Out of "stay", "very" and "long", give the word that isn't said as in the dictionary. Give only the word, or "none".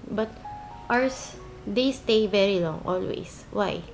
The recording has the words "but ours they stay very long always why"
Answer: none